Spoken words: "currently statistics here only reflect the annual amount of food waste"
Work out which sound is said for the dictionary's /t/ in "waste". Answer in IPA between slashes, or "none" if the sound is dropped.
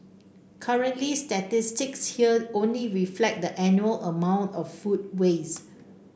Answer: none